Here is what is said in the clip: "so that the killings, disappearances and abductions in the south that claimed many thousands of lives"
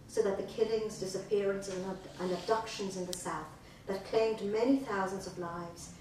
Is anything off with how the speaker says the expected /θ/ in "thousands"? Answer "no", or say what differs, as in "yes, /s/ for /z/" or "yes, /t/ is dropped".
no